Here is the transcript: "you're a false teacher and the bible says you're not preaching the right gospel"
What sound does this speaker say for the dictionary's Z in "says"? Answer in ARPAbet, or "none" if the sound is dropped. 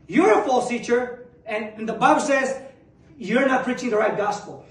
Z